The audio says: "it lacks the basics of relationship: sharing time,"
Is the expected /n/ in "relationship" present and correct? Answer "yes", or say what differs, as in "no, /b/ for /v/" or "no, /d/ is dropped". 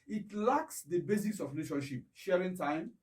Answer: no, /n/ is dropped